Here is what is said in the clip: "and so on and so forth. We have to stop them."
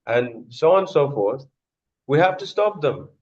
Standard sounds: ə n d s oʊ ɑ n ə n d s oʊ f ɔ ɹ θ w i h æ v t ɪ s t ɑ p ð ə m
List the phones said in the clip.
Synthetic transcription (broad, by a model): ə n s oʊ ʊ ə n s oʊ f ɔ ɹ θ w i h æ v t ɪ s t ɑ p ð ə m